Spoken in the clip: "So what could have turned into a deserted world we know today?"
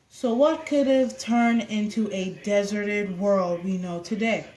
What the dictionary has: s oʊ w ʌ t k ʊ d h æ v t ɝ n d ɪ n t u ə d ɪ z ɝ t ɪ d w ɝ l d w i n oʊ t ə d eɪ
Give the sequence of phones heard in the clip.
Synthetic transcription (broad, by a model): s oʊ w ʌ t k ʊ d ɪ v t ɝ n ɪ n t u ə d ɪ z ɝ t ɪ d w ɝ l d w i n oʊ t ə d eɪ